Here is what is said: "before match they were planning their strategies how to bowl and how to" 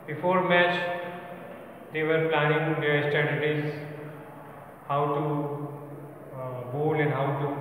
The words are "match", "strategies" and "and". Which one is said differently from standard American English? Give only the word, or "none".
strategies